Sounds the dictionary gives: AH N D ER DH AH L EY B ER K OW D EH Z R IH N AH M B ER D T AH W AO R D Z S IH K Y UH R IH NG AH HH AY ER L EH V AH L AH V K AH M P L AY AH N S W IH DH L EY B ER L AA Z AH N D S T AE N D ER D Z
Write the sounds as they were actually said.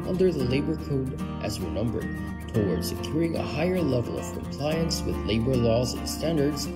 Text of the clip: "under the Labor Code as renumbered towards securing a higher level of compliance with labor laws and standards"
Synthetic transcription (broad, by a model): AH N D ER DH AH L EY B ER K OW D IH Z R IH N AH M B ER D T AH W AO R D S IH K Y UH R IH NG AH HH AY ER L EH V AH L AH V K AH M P L AY AH N S W IH DH L EY B ER L AA Z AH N S T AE N D ER D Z